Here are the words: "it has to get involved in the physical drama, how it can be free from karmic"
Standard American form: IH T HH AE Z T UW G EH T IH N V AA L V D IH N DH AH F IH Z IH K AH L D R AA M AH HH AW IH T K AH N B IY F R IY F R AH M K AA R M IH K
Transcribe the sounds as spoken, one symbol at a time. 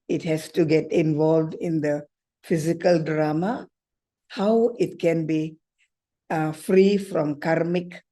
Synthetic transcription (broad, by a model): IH T HH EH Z T UW G EH T IH N V AA L V D IH N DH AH F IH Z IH K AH L D R AA M AH HH AW IH T K AH N B IY F R IY F R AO M K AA R M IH K